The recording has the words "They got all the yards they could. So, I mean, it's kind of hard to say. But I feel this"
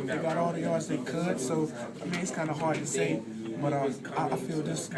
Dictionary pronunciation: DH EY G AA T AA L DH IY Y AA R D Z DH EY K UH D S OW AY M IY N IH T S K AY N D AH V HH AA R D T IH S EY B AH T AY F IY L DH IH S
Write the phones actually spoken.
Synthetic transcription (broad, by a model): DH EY G AA T AA L DH IY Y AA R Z DH EY K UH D S OW AY M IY IH T S K AY N D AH HH AA R D T IH S EY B AH T AY F IY L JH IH S